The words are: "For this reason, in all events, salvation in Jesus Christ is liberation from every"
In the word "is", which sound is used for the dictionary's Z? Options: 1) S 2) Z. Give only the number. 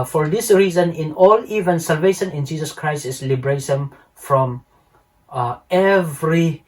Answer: 1